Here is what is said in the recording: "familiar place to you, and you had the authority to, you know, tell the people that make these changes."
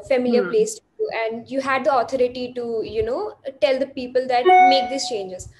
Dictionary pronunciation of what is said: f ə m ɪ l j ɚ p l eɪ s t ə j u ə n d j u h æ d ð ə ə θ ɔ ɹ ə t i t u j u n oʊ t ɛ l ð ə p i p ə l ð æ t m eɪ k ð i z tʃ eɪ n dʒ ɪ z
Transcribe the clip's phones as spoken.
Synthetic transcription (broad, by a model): f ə m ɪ l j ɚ p l eɪ s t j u ə n d j u h æ d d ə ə t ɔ ɹ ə t i t u j u n oʊ t ɛ l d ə p i p ə l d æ t m eɪ k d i s tʃ eɪ n dʒ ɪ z